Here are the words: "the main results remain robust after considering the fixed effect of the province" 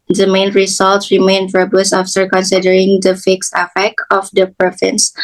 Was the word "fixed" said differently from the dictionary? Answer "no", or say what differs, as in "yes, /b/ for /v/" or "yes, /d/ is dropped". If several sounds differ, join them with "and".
no